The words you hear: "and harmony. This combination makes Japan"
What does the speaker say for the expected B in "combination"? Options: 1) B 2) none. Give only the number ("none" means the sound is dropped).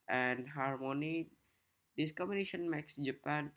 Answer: 2